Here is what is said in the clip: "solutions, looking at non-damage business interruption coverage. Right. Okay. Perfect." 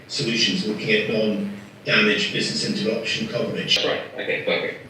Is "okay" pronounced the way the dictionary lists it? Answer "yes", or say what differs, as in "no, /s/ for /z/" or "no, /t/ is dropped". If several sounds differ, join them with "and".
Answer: no, /k/ is dropped